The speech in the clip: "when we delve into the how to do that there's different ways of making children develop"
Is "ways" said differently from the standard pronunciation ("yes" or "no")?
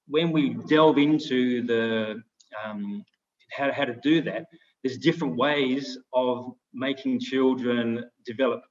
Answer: no